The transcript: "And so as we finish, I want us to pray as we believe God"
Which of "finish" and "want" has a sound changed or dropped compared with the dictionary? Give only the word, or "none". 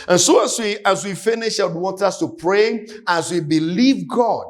none